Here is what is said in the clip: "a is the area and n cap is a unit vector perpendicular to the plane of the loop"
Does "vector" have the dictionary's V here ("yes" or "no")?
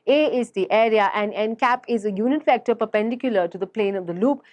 no